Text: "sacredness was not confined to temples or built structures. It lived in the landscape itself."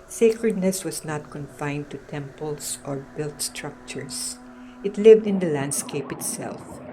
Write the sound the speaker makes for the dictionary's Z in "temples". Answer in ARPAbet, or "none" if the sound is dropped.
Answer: S